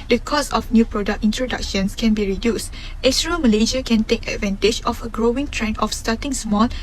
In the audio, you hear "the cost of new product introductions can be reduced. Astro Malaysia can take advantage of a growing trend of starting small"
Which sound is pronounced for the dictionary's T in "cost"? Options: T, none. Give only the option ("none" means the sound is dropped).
none